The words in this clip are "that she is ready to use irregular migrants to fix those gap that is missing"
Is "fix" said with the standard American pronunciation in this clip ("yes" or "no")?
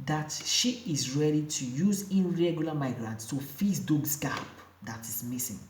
no